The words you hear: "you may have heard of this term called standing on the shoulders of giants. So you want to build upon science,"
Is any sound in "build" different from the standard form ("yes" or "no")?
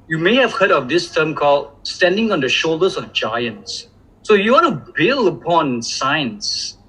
yes